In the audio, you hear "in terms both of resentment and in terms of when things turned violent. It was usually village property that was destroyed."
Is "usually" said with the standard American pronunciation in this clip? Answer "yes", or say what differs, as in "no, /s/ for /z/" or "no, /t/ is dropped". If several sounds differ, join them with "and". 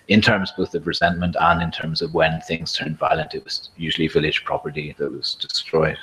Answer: yes